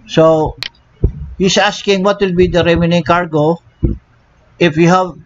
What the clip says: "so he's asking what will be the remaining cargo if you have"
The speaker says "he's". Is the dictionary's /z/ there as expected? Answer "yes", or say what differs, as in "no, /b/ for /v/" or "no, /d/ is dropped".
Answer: no, /s/ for /z/